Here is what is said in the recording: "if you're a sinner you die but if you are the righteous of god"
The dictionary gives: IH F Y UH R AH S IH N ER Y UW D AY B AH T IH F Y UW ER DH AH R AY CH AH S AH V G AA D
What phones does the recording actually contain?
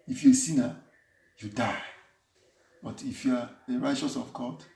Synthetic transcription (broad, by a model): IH F Y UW AH S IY N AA Y UW D AY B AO T IH F Y UW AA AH R AY CH AH S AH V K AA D